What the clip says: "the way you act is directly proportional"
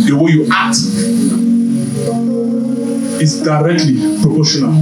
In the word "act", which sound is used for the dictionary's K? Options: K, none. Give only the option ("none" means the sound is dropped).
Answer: none